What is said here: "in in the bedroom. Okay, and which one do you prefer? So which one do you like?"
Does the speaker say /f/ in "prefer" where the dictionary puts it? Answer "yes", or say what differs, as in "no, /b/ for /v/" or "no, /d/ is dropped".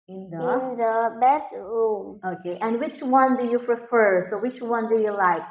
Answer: yes